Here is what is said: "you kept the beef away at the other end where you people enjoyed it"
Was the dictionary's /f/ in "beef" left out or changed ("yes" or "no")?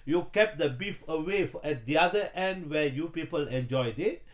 no